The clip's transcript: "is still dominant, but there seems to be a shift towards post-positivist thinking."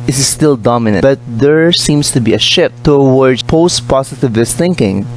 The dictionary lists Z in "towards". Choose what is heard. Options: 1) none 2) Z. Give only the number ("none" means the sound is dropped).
1